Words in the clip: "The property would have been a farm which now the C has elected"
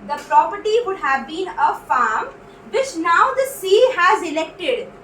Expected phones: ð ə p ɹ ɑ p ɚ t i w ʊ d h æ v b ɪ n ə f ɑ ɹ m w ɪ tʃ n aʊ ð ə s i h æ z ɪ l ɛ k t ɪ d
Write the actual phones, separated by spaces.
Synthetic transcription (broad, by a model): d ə p ɹ ɑ p ɚ t i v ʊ d h æ v b ɪ n ə f ɑ ɹ m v ɪ tʃ n aʊ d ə s i h æ z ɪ l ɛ k t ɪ d